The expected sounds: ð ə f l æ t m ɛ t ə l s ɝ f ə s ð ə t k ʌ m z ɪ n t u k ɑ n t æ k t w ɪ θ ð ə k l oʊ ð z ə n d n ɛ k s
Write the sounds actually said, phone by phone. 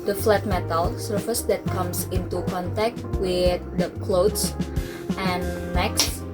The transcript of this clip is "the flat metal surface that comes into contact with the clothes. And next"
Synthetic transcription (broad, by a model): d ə f l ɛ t m ɛ t ə l s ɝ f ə s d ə t k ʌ m s ɪ n t u k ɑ n t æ k t w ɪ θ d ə k l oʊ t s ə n n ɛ k s